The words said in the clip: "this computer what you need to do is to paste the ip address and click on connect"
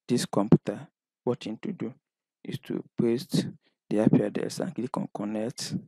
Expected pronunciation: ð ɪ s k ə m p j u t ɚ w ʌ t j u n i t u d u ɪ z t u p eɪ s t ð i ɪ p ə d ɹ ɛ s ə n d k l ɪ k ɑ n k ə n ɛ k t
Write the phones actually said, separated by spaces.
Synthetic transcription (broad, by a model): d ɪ s k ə m p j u t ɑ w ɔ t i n t u d u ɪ s t u p eɪ s t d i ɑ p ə d ɛ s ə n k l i k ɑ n k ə n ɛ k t